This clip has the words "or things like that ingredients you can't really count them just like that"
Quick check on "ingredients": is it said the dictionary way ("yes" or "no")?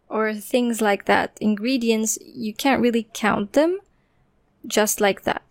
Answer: yes